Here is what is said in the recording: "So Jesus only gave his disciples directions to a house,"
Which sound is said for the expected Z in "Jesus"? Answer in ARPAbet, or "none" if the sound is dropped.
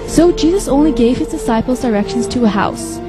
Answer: Z